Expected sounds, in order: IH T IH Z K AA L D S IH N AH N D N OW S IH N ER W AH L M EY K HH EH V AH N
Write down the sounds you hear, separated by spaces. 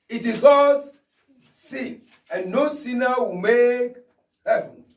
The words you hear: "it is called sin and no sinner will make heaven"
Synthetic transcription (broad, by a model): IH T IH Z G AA D S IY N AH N N OW S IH N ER W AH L M EY K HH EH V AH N